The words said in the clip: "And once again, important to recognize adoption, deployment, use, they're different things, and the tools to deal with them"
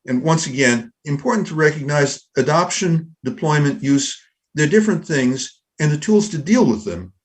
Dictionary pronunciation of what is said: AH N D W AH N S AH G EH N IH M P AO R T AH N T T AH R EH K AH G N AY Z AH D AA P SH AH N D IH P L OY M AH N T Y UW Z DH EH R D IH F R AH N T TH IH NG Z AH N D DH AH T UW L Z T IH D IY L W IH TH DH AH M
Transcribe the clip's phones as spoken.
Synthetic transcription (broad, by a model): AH N W AH N S AH G EH N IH M P AO R T N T T AH R EH K AH G N AY Z AH D AA P SH AH N D IH P L OY M AH N T Y UW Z DH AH R D IH F R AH N TH IH NG Z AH N DH AH T UW L Z T IH D IY L W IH DH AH M